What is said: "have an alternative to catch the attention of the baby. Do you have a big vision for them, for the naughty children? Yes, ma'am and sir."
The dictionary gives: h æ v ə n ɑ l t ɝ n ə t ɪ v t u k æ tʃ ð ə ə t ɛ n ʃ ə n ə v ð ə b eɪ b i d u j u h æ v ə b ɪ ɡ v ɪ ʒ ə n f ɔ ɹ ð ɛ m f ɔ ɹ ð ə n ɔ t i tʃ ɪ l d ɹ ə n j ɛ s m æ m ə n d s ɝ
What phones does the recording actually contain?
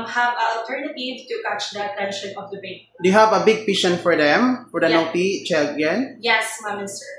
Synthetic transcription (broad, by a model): h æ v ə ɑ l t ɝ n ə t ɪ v t u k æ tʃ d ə ə t ɛ n ʃ ə n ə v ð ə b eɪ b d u j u h æ v ə b ɪ ɡ p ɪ ʃ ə n f ɔ ɹ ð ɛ m f ɔ ɹ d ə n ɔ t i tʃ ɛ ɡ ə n j ɛ s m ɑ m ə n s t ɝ